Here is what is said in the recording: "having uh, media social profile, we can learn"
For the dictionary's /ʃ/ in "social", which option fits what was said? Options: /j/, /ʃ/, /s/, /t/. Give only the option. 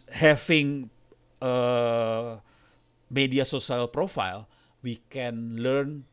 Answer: /s/